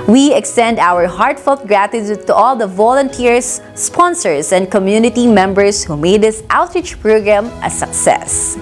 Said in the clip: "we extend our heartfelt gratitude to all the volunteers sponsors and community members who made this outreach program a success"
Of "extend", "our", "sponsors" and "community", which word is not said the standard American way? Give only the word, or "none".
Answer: sponsors